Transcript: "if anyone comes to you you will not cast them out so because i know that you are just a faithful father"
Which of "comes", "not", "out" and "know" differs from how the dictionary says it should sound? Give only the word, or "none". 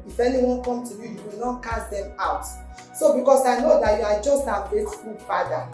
comes